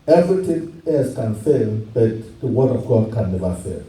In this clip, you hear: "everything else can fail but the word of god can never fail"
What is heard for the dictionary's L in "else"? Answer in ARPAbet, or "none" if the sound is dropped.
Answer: none